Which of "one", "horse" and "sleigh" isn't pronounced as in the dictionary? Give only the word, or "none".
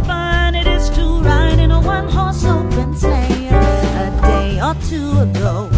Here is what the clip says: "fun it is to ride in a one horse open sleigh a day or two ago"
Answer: sleigh